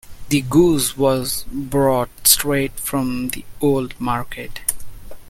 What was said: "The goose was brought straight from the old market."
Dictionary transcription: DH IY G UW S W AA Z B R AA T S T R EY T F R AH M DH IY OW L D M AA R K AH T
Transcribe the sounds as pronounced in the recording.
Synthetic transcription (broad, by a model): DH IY G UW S W AA Z B R AA T S T R EY T F R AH M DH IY OW L D M AA R K AH T